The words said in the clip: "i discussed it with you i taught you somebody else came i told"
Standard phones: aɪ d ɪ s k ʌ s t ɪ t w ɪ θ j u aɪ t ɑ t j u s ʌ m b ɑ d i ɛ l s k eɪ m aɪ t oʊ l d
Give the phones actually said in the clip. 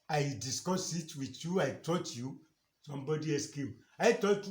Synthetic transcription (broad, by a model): aɪ d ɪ s k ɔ s ɪ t w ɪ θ j u aɪ t ɑ t j u s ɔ m b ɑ d i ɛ s k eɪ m aɪ t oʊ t